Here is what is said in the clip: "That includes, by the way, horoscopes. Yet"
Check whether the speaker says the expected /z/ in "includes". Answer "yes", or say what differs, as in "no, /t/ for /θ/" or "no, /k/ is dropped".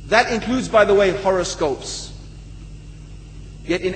yes